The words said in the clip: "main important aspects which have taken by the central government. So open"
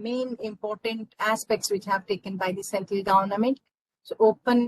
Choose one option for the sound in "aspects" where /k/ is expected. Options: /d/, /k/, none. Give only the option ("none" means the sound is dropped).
/k/